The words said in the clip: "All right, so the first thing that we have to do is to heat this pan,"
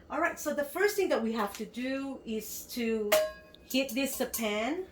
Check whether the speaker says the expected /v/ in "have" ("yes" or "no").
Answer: no